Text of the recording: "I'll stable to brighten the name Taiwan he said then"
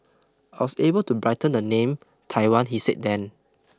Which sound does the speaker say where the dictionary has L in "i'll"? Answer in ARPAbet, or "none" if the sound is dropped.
W